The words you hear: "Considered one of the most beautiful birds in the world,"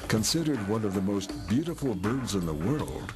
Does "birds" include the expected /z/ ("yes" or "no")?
yes